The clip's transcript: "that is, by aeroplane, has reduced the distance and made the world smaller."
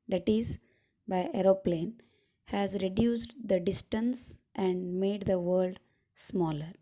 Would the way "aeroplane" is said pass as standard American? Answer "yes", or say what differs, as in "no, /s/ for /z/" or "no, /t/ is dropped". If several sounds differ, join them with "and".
yes